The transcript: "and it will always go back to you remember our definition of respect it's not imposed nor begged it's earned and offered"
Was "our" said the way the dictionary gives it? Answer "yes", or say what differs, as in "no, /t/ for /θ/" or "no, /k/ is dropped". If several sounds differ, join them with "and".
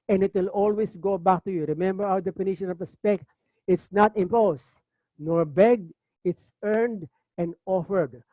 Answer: no, /w/ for /ɹ/